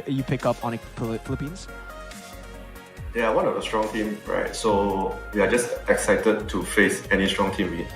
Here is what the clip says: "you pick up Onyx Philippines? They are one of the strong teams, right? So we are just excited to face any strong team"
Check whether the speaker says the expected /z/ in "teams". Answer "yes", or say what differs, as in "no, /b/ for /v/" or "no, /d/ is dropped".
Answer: no, /z/ is dropped